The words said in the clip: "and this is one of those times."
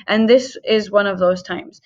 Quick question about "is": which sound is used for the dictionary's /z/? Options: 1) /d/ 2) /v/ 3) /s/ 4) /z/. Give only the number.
4